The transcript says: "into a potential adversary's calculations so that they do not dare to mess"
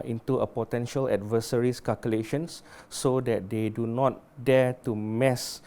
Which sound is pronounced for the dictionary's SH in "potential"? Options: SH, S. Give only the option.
SH